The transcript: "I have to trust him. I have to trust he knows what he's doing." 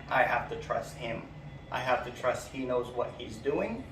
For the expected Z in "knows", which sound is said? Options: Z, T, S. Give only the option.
Z